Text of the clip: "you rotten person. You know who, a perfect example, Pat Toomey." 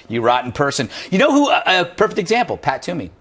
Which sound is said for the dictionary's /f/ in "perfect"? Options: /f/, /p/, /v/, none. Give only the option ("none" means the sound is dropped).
/f/